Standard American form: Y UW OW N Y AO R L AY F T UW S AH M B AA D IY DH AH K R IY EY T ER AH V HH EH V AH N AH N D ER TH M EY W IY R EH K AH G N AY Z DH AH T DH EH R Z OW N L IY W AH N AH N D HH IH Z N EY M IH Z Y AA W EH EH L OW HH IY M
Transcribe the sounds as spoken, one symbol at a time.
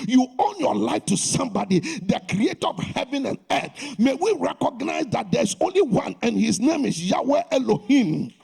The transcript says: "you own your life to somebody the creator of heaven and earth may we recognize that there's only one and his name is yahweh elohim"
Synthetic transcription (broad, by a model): Y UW OW N Y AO L AY F T UW S AH M B AA D IY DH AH K R IY EY T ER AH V HH EH V AH N AH N D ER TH M EY W IY R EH K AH G N AY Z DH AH T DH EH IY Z OW N L IY W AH N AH N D HH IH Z N EY M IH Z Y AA W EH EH L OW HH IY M